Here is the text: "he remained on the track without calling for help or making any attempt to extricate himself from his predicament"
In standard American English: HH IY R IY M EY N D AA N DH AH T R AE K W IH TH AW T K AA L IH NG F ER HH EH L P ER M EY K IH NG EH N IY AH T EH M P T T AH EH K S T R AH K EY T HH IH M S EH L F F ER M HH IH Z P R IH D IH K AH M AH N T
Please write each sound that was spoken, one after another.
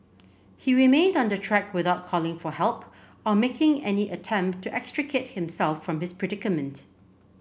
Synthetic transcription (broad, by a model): HH IY R IY M EY N D AA N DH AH T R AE K W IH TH AW T K AA L IH NG F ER HH EH L P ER M EY K IH NG EH N IY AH T EH M P T T EH K S T R AH K EY T HH IH M S EH L F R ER M HH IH S P R IH D IH K AH M AH N T